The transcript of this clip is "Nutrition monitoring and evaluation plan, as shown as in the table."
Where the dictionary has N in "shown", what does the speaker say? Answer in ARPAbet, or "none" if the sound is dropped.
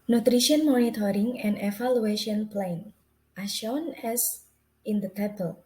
N